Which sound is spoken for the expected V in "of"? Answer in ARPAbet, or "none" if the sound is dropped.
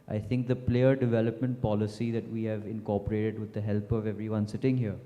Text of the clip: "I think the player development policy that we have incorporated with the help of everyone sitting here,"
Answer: V